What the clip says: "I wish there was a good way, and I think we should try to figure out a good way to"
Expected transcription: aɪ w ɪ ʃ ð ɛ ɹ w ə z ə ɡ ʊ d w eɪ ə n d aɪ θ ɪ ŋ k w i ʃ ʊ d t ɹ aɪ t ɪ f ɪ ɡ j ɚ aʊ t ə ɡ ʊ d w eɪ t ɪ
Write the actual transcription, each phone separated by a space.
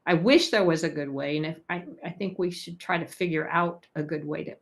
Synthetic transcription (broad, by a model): aɪ w ɪ ʃ ð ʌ ɹ w ə z ə ɡ ʊ d w eɪ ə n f aɪ θ ɪ ŋ k w i ʃ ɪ d t ɹ aɪ t ɪ f ɪ ɡ j ɚ aʊ t ə ɡ ʊ d w eɪ t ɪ